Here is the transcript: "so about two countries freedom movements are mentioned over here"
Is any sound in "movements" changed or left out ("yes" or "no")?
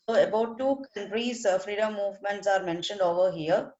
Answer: no